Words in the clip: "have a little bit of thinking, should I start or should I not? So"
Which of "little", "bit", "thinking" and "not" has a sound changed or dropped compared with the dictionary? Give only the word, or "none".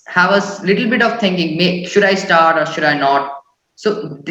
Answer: thinking